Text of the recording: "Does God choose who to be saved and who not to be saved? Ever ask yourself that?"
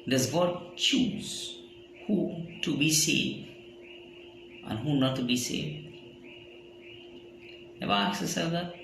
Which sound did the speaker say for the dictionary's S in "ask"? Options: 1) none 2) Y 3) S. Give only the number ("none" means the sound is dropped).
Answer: 1